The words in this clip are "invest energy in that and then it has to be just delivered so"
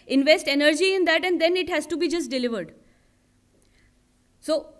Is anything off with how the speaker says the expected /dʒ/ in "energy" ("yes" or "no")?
no